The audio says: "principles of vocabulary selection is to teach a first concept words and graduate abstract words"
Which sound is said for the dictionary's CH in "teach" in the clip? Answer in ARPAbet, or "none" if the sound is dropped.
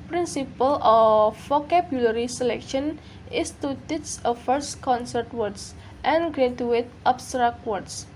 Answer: S